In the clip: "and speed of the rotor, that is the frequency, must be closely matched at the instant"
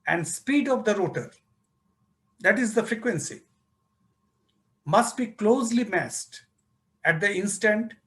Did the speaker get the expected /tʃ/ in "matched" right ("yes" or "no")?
no